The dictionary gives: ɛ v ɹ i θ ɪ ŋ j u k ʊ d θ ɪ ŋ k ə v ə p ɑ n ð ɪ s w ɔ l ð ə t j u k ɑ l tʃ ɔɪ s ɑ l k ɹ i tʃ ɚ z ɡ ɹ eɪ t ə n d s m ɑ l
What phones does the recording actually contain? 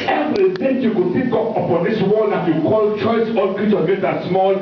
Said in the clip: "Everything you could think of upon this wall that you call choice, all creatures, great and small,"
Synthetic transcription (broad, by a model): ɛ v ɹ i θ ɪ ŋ j u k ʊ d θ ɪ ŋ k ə p ə p ɑ n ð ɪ s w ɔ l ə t j u k ɑ l tʃ ɔɪ s ɑ l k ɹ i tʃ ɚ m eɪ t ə s m ɑ l